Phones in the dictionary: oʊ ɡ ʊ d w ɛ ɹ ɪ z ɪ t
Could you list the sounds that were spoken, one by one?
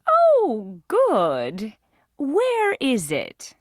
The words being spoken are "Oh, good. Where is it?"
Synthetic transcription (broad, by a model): oʊ ɡ ʊ d w ɛ ɹ ɪ z ɪ t